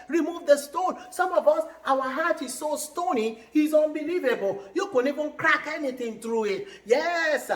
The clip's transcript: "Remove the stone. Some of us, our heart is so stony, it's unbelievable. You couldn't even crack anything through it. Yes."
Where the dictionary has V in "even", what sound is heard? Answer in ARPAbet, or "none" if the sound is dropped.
V